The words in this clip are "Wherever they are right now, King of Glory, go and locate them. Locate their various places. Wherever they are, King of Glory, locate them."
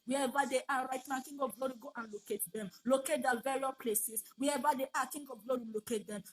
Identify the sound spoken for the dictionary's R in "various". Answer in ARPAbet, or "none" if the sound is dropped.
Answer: L